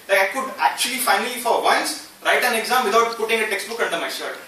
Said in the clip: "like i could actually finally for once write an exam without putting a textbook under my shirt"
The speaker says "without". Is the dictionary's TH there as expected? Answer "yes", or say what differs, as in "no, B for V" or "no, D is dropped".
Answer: no, T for TH